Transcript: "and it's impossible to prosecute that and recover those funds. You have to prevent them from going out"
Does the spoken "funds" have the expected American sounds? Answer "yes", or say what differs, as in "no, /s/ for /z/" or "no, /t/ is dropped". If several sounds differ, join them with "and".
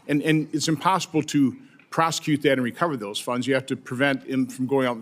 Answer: yes